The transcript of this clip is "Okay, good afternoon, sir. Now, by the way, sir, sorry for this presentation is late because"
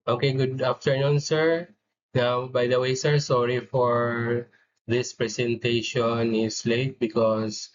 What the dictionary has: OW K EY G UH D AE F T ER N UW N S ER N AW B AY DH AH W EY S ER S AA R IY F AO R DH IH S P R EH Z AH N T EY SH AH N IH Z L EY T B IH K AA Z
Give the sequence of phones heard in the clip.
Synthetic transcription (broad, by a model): OW K EY G UH D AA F T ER N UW N S ER N AW B AY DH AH W EY S ER S AA R IY F AO R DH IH S P R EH S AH N T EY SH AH N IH S L EY T B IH K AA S